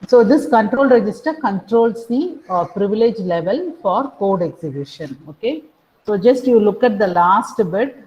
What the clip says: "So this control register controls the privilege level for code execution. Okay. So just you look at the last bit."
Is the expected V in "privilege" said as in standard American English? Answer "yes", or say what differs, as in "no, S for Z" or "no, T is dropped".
yes